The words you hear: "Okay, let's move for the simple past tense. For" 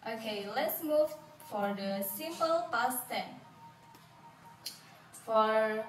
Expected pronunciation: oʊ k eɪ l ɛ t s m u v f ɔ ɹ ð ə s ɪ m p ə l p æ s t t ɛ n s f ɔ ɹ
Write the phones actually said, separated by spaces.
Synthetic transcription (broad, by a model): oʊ k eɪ l ɛ t s m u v f ɔ ɹ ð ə s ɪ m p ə l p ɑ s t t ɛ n f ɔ ɹ